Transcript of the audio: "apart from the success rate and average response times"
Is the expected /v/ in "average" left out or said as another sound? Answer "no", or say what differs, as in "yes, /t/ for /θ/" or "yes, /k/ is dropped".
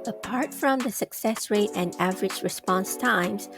no